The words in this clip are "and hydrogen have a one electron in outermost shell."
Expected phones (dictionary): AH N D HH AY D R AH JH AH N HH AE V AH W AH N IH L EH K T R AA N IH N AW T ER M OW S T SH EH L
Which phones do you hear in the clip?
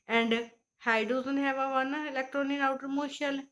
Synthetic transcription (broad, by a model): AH N D HH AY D AH Z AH N HH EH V AH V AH N IH L EH K T R AA N IH N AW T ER M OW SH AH L